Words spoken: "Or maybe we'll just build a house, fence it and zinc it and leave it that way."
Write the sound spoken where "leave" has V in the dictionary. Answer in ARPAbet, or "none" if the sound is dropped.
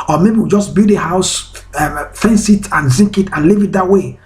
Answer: V